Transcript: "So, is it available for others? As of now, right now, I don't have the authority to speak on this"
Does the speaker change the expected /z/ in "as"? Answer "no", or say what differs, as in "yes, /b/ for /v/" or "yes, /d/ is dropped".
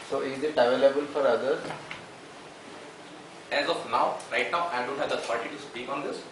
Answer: no